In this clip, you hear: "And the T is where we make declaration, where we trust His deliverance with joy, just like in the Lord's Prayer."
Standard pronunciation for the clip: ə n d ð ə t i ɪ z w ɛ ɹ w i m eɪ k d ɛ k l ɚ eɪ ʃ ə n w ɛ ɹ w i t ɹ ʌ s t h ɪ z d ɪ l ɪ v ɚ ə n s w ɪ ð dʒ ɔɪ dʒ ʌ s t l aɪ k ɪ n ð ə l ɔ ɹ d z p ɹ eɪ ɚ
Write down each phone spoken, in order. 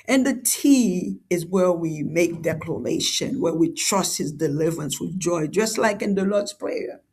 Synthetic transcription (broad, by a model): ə n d ð ə t i ɪ z w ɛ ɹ w i m eɪ k d ɛ k l ɚ eɪ ʃ ə n w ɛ ɹ w i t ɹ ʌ s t h ɪ z d ɪ l ɪ v ɚ ə n s w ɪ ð dʒ ɔɪ dʒ ʌ s t l aɪ k ɪ n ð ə l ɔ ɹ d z p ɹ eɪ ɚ